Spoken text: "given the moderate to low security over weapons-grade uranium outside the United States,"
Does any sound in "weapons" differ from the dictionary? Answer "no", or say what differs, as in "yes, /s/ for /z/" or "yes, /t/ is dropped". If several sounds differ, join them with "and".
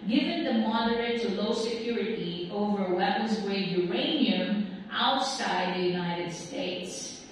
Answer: no